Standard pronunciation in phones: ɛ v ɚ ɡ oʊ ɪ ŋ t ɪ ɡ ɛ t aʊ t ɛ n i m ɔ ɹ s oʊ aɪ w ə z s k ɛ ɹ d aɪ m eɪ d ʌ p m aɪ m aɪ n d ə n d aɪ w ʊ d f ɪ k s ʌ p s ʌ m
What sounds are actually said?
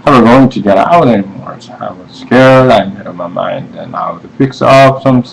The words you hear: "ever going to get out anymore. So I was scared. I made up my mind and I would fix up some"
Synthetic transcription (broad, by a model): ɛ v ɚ ɡ oʊ ɪ ŋ t ɪ ɡ ɛ t aʊ t ɛ n i m ɔ ɹ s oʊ aɪ w ə z s k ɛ ɹ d aɪ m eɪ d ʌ m aɪ m aɪ n d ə n aɪ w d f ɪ k s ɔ f s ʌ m